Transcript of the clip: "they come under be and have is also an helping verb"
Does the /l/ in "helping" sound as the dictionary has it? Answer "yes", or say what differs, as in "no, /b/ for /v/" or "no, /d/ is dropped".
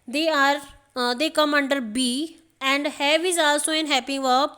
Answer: no, /l/ is dropped